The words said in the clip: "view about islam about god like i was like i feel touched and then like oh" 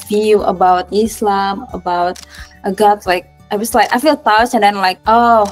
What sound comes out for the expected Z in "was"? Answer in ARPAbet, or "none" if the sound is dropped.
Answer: S